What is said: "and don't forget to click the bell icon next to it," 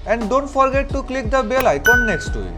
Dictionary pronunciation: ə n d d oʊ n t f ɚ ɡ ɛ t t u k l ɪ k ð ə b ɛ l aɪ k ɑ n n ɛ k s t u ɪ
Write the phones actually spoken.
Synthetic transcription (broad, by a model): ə n d d oʊ n t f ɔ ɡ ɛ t t u k l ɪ k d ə b ɛ l aɪ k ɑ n n ɛ k s t u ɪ